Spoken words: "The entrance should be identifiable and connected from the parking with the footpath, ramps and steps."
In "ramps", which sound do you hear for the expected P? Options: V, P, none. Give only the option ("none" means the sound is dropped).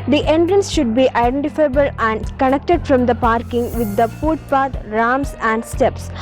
none